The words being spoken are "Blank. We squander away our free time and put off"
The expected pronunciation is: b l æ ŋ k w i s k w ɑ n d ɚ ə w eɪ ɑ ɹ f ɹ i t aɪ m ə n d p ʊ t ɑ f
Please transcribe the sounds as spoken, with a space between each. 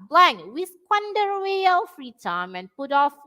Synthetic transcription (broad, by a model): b l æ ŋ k w i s k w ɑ n d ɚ w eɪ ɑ l f ɹ i t aɪ m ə n p ʊ t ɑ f